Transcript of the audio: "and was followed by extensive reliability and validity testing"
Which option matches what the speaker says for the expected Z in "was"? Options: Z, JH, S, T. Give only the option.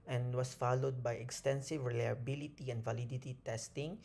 S